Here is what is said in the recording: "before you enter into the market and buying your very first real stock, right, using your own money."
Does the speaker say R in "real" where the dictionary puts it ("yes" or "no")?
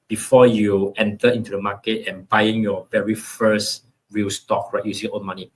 yes